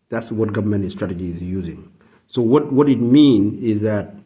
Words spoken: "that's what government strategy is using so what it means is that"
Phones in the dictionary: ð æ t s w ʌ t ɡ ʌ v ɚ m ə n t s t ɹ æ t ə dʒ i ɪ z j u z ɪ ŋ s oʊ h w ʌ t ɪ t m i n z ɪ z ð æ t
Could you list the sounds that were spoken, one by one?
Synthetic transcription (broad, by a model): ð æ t s w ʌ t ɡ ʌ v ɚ m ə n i s t ɹ æ t ə dʒ i ɪ z j u z ɪ ŋ s oʊ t w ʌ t ɪ t m i n ɪ z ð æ t